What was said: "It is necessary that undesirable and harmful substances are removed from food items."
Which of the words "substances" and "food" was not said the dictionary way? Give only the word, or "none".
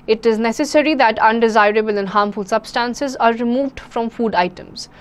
none